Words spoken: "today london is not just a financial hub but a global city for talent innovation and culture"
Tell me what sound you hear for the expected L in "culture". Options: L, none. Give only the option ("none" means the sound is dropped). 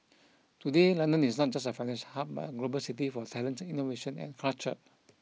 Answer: none